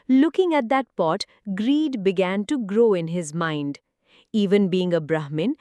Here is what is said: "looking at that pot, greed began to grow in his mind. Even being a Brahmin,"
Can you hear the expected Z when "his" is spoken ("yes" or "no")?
yes